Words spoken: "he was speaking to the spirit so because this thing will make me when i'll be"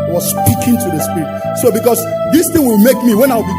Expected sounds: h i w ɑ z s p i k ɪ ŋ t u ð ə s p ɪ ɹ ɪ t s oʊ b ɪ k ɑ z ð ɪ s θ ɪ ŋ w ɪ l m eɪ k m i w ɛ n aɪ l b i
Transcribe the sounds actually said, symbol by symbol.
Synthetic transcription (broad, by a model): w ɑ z s p i k ɪ ŋ t u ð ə s p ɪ ɹ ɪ t s oʊ b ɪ k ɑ s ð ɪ s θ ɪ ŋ w ɪ l m eɪ k m i w ɛ n aɪ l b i